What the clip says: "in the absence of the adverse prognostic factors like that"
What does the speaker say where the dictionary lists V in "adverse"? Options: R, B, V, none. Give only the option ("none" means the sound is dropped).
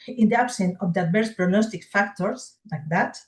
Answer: B